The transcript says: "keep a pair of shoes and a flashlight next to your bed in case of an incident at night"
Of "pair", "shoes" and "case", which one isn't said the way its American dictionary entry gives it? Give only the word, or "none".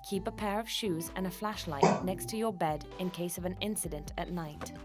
none